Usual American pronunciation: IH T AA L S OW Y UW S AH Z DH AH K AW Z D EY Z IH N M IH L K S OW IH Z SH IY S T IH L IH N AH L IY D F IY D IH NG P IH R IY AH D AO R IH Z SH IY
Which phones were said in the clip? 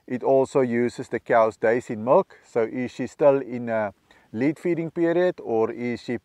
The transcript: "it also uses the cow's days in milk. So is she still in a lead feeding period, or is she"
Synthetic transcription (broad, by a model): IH T AA L S OW Y UW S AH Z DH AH K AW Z D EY S IH N M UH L K S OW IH SH IY S T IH L IH N AH L IY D F IY D IH NG P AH R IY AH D AO R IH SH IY